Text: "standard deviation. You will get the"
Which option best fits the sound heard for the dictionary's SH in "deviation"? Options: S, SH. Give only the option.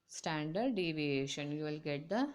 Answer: SH